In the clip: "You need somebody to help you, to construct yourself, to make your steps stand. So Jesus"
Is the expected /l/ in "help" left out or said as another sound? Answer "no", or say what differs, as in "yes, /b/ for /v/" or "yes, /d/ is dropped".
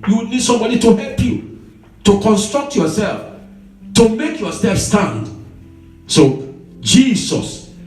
no